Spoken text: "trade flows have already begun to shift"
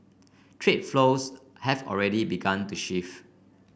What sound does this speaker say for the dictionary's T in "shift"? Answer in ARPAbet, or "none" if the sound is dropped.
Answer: none